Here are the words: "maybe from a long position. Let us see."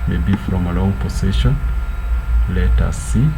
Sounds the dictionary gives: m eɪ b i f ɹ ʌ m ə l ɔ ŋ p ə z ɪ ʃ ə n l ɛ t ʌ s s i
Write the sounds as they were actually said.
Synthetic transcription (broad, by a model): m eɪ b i f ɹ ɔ m ə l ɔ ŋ p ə s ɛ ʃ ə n l ɛ t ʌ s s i